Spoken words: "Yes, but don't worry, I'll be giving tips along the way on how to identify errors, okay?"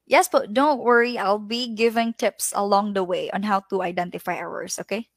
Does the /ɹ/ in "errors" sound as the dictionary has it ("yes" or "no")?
no